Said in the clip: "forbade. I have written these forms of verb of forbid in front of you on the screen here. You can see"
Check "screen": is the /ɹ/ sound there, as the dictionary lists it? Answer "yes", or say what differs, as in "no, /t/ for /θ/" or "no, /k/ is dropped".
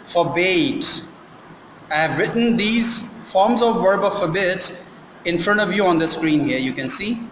yes